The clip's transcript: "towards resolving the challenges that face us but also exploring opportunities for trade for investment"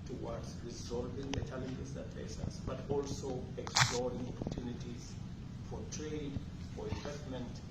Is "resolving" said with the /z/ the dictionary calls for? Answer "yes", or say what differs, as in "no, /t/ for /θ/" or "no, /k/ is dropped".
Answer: yes